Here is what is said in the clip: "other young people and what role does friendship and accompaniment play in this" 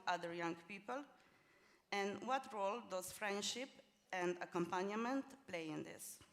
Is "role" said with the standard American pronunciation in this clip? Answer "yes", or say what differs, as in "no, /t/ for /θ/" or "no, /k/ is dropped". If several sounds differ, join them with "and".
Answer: yes